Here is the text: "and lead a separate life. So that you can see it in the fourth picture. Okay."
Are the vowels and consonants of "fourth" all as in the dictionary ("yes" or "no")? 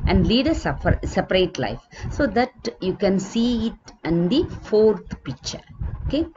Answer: no